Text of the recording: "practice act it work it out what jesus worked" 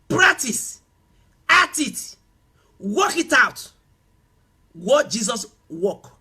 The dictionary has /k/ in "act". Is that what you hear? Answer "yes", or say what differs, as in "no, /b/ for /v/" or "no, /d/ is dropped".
no, /k/ is dropped